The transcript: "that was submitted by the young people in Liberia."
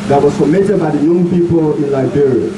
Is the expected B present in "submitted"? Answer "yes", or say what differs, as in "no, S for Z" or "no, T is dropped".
no, B is dropped